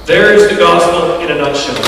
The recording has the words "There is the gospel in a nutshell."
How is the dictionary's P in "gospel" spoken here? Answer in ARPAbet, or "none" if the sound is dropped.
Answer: P